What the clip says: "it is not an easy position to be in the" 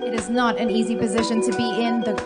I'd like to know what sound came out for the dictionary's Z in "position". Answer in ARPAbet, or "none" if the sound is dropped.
Z